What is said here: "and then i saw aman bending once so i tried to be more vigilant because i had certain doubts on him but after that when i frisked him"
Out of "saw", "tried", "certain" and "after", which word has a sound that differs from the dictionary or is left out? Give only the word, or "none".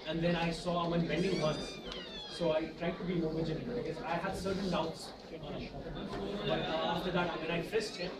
after